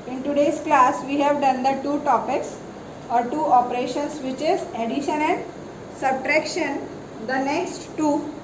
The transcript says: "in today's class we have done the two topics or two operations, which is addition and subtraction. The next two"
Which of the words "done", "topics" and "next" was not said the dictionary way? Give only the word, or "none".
none